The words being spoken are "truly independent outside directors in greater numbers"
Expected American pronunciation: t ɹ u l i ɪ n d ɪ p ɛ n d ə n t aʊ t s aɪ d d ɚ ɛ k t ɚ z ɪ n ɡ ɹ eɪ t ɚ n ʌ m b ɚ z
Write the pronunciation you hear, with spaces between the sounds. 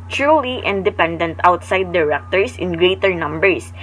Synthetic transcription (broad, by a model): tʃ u l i ɪ n d ɪ p ɛ n d ə n t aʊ t s aɪ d d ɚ ɛ k t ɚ s ɪ n ɡ ɹ eɪ t ɚ n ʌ m b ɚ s